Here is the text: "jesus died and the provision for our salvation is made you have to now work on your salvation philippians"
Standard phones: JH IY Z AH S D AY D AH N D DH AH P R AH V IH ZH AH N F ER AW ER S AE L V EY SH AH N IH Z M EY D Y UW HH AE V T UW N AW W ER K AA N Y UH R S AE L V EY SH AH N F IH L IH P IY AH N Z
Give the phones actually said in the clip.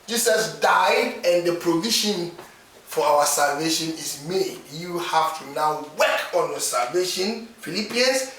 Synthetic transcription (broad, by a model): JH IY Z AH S D AY D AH N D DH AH P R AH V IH SH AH N F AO AW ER S AE L V EY SH AH N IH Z M EY D Y UW HH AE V T UW N AW W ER K AA N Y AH S AE L V EY SH AH N F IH L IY P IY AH N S